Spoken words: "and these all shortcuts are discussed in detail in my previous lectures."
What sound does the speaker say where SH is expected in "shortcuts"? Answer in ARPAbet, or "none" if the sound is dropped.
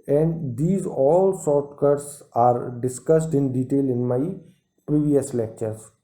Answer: S